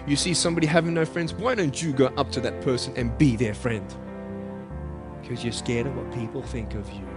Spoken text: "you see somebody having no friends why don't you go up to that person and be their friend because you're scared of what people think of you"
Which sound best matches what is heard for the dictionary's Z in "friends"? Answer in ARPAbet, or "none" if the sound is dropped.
Z